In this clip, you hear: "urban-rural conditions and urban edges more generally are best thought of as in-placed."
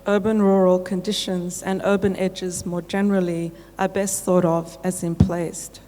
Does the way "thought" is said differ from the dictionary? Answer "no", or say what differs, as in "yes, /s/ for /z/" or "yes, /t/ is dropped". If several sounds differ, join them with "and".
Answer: no